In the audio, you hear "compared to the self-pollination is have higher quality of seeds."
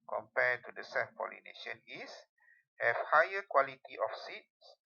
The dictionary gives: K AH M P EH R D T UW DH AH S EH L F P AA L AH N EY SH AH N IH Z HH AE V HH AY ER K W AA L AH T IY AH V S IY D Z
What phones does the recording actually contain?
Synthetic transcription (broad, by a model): K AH M P EH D T UW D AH S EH F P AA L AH N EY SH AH N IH S HH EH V HH AY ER K W AA L AH T IY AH F S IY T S